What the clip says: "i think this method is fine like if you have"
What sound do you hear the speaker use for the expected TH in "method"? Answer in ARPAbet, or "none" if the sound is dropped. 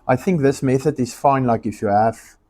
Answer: TH